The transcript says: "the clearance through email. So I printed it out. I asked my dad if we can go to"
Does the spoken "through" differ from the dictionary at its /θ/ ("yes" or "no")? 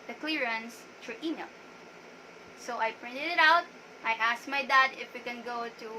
yes